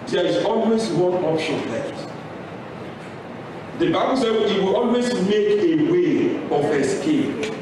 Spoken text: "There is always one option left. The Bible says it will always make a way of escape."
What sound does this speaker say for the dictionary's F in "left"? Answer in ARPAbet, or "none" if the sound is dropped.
none